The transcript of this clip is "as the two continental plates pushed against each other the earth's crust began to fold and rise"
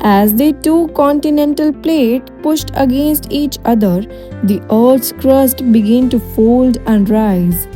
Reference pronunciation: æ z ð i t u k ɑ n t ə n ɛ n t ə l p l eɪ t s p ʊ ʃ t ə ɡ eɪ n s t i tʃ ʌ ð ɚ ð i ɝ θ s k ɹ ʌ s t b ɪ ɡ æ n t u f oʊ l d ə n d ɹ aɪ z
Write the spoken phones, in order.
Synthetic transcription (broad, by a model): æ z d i t u k ɑ n t ə n ɛ n t ə l p l eɪ t p ʊ ʃ t ə ɡ eɪ n s t i tʃ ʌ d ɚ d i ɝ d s k ɹ ʌ s t b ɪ ɡ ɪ n t u f oʊ l d ə n d ɹ aɪ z